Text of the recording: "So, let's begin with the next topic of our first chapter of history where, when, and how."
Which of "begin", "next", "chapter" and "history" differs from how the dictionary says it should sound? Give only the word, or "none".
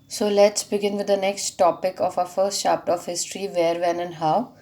chapter